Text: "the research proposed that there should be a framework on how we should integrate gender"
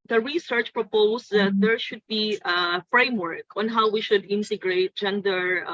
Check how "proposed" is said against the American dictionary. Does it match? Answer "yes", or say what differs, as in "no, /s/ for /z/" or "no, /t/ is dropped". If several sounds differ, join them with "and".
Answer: no, /s/ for /z/